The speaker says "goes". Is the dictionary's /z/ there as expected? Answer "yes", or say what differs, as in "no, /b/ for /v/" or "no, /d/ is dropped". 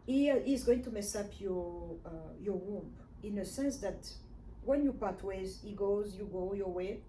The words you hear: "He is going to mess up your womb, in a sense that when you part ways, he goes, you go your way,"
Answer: yes